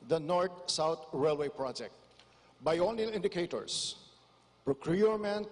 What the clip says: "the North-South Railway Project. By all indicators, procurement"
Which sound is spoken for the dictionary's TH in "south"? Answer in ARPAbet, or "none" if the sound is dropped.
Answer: T